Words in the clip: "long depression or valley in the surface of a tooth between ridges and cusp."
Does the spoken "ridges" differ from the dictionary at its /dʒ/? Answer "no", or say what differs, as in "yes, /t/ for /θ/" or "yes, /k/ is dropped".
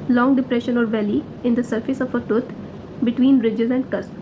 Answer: no